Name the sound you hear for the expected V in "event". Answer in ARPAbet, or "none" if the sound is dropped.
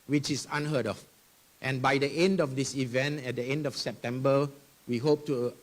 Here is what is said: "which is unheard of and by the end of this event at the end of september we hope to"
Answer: V